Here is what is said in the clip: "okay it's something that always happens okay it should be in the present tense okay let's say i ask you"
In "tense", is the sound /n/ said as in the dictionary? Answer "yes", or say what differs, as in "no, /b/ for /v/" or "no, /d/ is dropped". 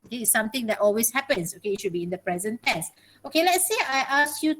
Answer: no, /n/ is dropped